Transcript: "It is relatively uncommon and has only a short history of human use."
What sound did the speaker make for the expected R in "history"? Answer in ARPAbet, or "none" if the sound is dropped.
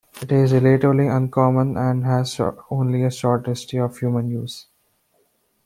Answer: none